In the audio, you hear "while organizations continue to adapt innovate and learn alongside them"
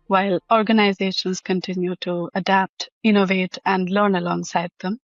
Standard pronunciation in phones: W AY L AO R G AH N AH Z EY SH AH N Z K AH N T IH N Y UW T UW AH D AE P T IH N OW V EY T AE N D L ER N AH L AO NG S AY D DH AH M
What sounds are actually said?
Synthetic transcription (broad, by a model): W AY L AO R G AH N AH Z EY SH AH N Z K AH N T IH N Y UW T UW AH D AE P T IH N OW V EY T AE N D L ER N AH L AO NG S AY D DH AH M